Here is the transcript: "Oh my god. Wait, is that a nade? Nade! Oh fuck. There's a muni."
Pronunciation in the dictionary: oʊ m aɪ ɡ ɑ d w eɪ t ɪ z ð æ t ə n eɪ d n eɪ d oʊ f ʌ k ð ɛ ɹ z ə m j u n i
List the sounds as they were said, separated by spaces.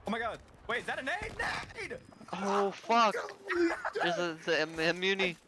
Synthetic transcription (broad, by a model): oʊ m aɪ ɡ ɑ d w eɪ ɪ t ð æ t ə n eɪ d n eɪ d oʊ f ʌ k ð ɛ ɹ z ə m j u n i